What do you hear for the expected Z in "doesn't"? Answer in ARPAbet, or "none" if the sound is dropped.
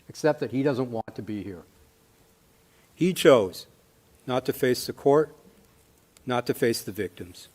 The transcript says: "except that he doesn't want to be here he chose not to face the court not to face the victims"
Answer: Z